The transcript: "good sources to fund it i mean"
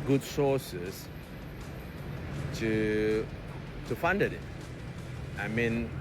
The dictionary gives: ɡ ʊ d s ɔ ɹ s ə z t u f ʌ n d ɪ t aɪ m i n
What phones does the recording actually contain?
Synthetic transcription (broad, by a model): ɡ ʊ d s ɔ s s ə t u f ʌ n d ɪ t aɪ m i n